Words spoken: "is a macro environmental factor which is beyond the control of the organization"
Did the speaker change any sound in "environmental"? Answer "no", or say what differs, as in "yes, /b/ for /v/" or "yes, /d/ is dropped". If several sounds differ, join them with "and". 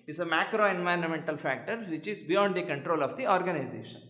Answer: no